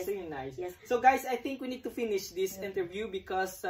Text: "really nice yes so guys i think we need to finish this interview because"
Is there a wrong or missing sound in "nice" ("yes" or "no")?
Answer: yes